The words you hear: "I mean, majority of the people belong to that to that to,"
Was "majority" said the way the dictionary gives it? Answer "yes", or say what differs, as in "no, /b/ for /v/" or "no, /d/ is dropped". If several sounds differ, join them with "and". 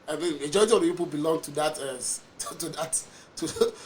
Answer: no, /ɹ/ is dropped